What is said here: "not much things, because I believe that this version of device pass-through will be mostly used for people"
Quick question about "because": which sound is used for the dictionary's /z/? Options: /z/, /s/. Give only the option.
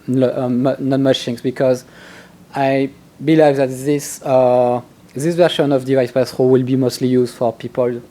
/z/